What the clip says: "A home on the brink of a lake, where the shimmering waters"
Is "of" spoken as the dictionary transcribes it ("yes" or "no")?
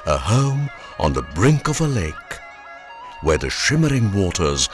yes